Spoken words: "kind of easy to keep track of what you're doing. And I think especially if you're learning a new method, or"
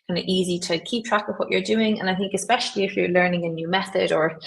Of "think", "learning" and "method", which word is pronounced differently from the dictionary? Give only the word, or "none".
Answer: none